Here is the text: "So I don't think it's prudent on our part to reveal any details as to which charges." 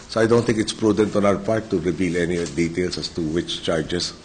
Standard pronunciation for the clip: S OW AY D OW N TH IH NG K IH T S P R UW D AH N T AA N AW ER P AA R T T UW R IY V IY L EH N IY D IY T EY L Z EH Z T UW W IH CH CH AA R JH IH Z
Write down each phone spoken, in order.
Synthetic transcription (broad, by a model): S OW AY D OW N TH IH NG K IH T S P R UW D AH N T AA N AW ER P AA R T T UW R IY V IY L EH N IY D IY T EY L S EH S T UW W IH CH CH AA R JH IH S